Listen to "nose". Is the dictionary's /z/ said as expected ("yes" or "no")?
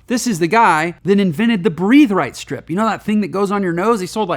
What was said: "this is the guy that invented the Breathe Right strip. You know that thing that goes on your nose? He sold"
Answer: yes